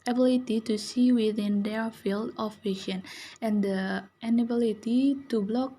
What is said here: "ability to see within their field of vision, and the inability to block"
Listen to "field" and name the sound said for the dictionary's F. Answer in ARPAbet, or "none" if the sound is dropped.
F